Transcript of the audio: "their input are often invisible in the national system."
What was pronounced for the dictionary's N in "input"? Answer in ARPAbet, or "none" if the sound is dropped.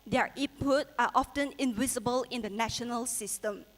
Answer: none